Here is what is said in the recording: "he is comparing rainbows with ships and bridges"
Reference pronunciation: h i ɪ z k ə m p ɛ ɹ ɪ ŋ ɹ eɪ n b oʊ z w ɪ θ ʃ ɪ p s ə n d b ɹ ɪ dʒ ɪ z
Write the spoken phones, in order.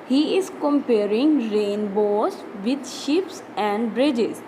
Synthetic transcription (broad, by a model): h i ɪ z k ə m p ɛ ɹ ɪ ŋ ɹ eɪ n b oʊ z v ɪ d ʃ ɪ p s ə n d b ɹ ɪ dʒ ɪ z